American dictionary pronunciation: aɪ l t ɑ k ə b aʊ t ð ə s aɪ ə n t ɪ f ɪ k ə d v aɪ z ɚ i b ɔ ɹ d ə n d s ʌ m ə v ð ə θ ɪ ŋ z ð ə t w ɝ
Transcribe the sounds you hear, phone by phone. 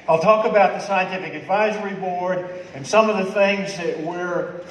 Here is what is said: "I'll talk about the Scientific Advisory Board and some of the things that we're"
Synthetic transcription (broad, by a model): aɪ l t ɑ k ə b aʊ t ð ə s aɪ ə n t ɪ f ɪ k ə d v aɪ z ɚ i b ɔ ɹ d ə n s ʌ m ə v ð ə θ ɪ ŋ z ð ə t w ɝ